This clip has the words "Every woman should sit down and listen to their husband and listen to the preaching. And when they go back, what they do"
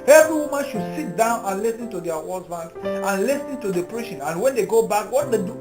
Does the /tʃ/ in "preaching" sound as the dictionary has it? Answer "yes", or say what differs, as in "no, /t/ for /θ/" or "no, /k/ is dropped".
no, /ʃ/ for /tʃ/